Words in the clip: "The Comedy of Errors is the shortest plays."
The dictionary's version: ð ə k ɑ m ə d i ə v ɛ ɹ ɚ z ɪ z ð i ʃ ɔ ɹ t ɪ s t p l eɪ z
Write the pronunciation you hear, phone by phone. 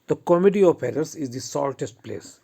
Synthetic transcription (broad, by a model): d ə k ɑ m ə d i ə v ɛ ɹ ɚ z ɪ z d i s ɔ l t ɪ s t p l eɪ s